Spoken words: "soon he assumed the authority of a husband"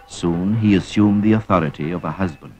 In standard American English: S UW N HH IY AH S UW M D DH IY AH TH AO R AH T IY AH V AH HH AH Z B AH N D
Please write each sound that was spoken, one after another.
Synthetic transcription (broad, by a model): S UW N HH IY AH S UW M DH IY AH TH AO R AH T IY AH V AH HH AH Z B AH N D